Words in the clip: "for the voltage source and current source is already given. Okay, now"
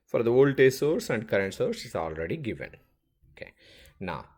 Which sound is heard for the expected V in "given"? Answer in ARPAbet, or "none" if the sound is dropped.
V